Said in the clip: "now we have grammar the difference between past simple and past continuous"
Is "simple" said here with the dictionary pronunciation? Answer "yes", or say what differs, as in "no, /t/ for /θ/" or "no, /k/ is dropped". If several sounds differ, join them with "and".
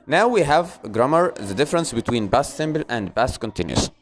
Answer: no, /b/ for /p/